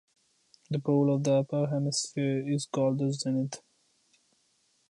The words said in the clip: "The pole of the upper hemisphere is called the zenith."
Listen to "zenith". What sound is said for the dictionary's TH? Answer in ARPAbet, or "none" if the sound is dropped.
T